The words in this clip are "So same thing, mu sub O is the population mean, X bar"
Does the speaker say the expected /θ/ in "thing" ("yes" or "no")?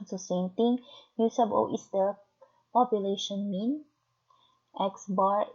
no